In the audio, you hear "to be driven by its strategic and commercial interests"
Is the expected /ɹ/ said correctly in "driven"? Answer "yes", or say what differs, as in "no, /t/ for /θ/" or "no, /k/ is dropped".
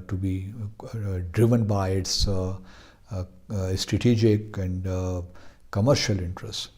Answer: yes